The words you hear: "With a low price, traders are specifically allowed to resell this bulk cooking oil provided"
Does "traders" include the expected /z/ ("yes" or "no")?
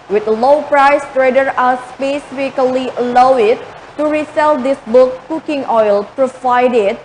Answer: no